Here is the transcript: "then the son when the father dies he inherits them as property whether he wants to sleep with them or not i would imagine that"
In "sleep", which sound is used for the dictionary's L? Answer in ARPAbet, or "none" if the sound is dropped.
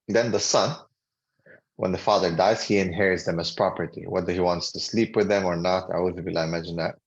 L